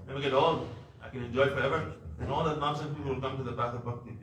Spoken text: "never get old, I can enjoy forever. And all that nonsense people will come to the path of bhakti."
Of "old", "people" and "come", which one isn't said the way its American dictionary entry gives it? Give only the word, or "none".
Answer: old